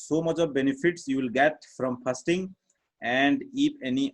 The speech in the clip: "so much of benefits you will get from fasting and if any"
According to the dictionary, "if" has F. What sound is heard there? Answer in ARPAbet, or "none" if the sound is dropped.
P